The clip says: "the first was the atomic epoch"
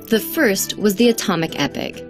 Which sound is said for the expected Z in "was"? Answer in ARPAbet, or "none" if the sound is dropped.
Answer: Z